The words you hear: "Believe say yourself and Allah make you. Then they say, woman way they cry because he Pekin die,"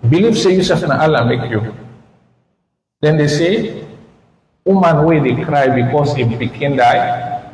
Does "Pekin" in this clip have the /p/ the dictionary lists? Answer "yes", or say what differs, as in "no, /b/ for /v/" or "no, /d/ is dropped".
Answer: no, /b/ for /p/